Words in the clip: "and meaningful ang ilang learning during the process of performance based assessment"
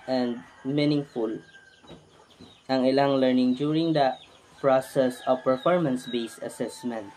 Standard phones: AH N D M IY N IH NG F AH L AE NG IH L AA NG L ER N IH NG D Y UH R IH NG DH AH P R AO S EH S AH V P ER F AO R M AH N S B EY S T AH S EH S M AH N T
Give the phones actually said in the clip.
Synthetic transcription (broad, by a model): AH N D M IY N IH NG F AH L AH NG IH L AA NG L ER N IH NG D Y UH R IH NG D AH P R AO S EH S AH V P ER F AO R M AH N S B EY S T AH S EH S M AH N T